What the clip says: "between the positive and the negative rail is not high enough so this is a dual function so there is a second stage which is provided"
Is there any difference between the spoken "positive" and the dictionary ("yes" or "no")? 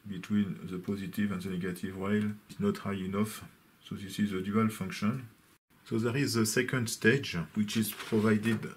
no